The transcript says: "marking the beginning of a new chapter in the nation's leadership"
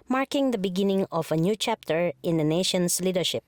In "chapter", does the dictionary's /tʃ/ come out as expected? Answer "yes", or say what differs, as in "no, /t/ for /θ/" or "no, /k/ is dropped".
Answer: yes